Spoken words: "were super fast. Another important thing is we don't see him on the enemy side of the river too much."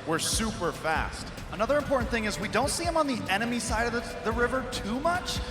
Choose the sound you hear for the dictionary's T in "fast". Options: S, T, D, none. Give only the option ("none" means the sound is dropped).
T